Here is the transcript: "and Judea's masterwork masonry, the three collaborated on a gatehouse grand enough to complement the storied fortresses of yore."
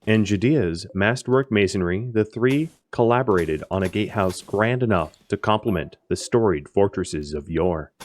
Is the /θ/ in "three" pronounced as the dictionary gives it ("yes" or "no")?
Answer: yes